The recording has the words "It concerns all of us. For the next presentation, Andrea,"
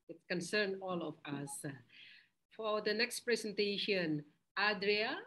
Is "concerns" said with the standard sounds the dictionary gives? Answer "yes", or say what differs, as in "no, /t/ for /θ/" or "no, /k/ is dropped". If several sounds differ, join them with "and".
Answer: no, /z/ is dropped